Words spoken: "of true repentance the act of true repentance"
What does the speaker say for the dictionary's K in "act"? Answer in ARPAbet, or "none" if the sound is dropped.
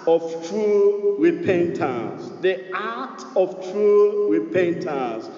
none